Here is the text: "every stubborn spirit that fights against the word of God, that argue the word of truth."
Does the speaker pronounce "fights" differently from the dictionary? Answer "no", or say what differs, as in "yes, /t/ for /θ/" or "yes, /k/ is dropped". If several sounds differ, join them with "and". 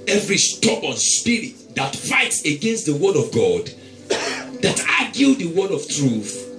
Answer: no